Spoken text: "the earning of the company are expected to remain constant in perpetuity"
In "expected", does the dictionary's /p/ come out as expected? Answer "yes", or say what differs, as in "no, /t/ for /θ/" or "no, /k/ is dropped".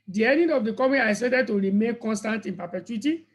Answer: no, /p/ is dropped